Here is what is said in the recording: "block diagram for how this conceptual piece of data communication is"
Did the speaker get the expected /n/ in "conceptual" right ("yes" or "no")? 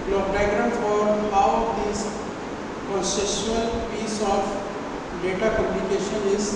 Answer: no